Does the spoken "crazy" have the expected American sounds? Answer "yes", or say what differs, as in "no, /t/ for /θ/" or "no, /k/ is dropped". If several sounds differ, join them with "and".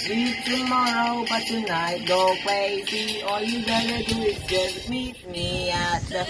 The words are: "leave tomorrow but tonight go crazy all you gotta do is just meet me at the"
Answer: no, /w/ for /ɹ/